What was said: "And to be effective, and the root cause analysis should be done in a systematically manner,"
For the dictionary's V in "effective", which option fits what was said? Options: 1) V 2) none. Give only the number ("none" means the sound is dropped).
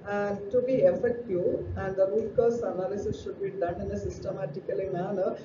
2